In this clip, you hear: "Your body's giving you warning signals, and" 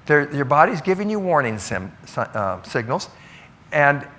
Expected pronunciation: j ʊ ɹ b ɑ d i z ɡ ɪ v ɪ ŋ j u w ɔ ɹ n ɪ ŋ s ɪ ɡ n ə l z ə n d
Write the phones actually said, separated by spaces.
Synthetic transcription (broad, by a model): j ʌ ɹ b ɑ d i z ɡ ɪ v ɪ ŋ j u w ɔ ɹ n ɪ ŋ s ɪ ɡ n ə l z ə n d